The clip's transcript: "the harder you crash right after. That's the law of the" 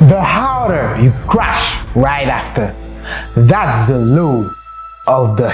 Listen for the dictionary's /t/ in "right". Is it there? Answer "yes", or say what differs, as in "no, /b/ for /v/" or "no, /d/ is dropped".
yes